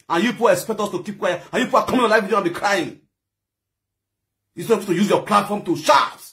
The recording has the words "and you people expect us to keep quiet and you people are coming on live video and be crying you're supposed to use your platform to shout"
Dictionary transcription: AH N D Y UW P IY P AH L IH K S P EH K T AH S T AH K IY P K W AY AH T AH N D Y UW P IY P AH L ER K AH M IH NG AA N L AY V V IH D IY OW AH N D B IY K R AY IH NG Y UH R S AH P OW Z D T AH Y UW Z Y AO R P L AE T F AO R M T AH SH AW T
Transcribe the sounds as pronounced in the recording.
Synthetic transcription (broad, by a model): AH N Y UW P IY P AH IH K S P EH K T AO S T AH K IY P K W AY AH AH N Y UW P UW AH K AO M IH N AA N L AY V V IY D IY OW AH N B IY K R AY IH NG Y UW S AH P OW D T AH Y UW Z Y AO P L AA T F AO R M T AH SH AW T